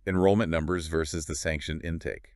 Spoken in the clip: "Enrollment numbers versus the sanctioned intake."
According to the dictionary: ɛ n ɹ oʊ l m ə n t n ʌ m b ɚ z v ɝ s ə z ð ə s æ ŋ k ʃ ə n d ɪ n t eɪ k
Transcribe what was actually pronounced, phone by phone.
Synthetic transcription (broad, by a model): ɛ n ɹ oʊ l m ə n n ʌ m b ɚ z v ɝ s ə z ð ə s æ ŋ k ʃ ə n ɪ n t eɪ k